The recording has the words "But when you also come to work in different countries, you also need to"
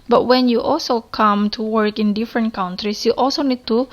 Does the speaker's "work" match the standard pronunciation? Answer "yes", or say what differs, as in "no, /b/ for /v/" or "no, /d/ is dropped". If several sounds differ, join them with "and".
yes